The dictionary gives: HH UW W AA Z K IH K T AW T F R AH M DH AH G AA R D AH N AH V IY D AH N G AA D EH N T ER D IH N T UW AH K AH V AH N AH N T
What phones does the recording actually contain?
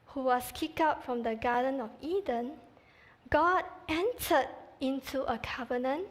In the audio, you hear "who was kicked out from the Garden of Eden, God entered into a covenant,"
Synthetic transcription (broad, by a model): HH UW W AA S K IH K AW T F R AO M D AH G AA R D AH N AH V IY D AH N G AA D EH N T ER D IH N T UW AH K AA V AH N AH N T